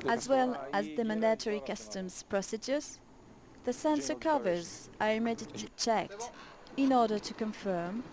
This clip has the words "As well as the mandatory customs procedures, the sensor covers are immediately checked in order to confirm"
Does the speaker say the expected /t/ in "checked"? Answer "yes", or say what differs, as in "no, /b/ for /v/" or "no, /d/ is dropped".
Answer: yes